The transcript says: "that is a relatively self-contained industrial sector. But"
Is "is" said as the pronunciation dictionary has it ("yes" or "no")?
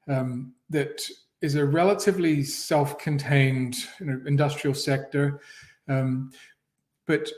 yes